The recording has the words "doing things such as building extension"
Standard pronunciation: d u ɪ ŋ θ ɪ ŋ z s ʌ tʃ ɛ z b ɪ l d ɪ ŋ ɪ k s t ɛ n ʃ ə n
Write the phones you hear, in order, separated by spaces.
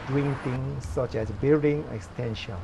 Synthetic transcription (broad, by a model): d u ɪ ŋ t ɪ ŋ s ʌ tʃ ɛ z b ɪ d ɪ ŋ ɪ k s t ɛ n ʃ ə n